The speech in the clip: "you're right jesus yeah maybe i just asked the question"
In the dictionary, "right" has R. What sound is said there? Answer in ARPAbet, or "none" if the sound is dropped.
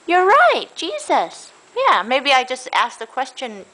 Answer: R